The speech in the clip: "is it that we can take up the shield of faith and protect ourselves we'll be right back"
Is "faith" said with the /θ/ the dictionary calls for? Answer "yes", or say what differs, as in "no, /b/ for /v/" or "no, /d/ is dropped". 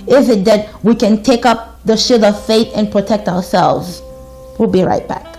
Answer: yes